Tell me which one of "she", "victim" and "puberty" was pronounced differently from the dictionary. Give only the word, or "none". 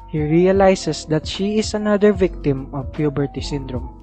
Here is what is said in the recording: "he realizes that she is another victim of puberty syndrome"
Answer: none